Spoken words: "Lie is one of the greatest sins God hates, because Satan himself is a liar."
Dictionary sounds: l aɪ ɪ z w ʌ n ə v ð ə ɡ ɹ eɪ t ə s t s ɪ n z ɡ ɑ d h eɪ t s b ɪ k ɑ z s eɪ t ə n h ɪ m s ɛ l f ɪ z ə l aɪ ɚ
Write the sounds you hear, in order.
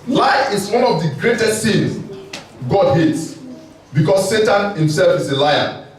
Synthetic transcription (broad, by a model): l aɪ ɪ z w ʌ n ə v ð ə ɡ ɹ eɪ t ə s t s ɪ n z ɡ ɑ d h eɪ t s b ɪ k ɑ s eɪ t ə n h ɪ m s ɛ l f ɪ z ə l aɪ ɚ